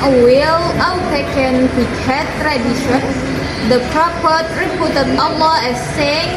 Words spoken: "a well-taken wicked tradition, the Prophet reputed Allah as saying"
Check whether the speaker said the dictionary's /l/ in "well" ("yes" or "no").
no